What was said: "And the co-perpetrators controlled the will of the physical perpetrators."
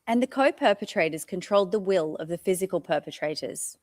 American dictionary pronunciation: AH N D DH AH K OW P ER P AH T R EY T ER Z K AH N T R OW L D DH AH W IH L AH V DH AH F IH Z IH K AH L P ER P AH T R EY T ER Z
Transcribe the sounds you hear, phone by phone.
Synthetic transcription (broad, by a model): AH N DH AH K OW P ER P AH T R EY T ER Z K AH N T R OW L D DH AH W IH L AH V DH AH F IH Z IH K AH L P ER P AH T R EY T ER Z